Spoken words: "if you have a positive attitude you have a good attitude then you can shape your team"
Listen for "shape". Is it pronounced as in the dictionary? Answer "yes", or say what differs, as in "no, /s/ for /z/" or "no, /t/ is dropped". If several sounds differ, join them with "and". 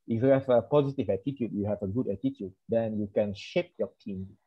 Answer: yes